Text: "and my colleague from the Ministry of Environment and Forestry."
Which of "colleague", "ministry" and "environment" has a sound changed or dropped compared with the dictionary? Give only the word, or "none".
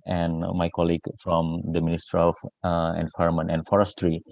environment